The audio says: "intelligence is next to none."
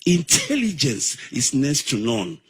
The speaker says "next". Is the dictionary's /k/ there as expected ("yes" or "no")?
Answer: no